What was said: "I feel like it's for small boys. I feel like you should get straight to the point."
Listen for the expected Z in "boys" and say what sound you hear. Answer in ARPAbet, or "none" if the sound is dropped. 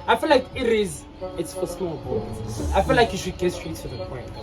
none